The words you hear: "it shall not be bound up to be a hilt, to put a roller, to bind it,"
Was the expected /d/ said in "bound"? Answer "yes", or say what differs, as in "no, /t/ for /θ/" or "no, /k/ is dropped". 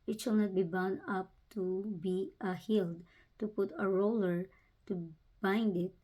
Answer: no, /d/ is dropped